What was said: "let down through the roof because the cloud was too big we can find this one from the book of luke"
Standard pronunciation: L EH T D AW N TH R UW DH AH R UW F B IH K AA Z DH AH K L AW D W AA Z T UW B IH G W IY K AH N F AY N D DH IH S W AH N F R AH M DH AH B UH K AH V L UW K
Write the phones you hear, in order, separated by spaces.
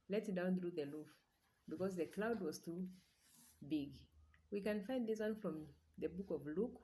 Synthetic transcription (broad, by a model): L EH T D AW N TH R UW DH AH L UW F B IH K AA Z DH AH K L AW D W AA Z T UW B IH G W IY K AH N F AY N D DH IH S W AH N F R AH M DH AH B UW K AH V L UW K